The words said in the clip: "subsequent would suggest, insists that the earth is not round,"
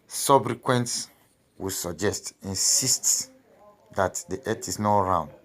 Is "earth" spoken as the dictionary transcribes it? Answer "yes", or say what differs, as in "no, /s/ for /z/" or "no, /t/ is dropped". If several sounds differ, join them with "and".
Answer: no, /t/ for /θ/